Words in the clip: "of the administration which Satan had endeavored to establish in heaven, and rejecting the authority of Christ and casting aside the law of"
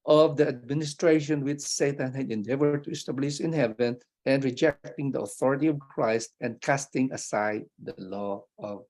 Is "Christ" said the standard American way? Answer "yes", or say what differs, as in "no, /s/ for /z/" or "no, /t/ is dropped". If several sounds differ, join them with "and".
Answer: yes